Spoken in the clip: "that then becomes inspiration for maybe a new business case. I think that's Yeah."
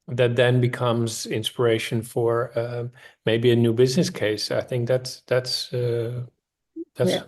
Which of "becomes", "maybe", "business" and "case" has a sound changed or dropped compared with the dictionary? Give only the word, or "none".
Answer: none